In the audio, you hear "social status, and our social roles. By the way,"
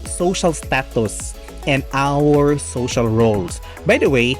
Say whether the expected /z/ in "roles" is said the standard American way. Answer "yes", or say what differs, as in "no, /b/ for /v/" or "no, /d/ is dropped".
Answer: no, /s/ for /z/